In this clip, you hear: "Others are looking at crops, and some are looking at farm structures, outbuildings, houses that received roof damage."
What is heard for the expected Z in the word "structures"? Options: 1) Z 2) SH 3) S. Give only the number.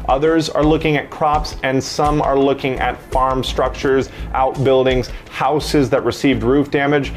1